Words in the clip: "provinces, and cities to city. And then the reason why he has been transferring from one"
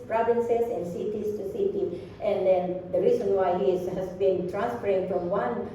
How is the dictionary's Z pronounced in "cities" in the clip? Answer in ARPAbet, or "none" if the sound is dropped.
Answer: S